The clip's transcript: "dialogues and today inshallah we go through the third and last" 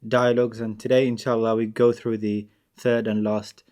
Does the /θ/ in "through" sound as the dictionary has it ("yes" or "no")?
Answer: yes